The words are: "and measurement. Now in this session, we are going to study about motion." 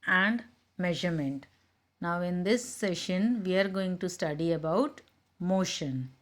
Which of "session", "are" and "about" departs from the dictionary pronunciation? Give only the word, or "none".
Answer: none